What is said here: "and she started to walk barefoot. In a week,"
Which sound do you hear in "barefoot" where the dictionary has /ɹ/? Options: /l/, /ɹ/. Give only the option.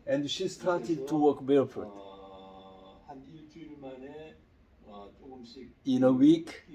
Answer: /l/